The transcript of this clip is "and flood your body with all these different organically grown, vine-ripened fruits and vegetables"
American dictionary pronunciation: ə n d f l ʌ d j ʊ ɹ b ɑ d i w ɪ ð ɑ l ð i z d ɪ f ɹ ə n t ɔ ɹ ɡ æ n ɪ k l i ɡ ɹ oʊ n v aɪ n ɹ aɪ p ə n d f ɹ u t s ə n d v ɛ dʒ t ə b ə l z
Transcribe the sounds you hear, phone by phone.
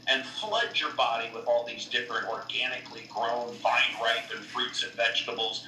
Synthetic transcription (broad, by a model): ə n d f l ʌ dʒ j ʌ ɹ b ɑ d i w ɪ ð ɑ l ð i z d ɪ f ɹ ə n t ɔ ɹ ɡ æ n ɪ k l i ɡ ɹ oʊ n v aɪ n ɹ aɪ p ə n f ɹ u t s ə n v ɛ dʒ t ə b l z